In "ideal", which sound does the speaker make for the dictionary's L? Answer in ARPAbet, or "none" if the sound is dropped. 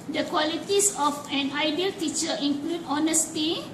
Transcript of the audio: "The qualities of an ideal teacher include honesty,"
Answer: L